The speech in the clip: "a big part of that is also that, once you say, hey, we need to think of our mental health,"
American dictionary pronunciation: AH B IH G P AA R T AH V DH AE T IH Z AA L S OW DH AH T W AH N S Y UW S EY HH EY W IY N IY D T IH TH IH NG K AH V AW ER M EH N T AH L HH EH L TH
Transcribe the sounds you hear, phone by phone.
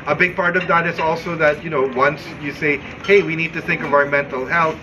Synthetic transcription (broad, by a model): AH B IH G P AA R T AH V DH AE T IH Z AA L S OW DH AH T W AH N S Y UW S EY HH EY W IY N IY D T IH TH IH NG K AH V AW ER M EH N T AH L HH EH L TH